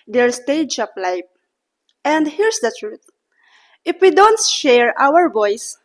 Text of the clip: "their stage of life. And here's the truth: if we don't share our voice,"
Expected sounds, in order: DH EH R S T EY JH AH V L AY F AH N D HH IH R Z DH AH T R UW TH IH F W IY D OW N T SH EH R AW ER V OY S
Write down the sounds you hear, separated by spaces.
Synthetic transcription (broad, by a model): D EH R S T EY JH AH P L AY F AH N D HH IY R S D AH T R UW T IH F W IY D OW N T SH EH R AW ER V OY S